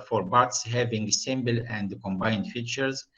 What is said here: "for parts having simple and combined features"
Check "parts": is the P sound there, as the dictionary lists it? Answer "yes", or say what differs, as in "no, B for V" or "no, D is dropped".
no, B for P